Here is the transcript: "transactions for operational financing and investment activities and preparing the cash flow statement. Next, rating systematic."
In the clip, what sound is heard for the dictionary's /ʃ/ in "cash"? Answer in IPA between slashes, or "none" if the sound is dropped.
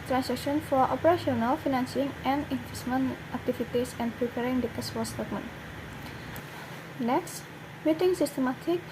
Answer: /s/